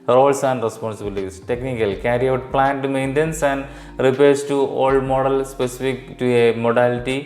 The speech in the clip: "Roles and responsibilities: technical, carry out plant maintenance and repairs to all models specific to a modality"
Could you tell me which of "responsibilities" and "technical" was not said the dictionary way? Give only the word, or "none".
responsibilities